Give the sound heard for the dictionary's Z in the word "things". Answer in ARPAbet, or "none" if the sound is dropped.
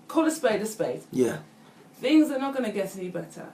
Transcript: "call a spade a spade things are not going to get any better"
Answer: Z